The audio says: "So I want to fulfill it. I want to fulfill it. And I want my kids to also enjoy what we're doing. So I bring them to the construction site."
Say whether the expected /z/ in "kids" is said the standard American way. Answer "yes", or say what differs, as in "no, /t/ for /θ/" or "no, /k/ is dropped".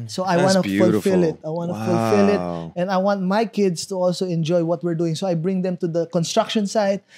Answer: no, /s/ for /z/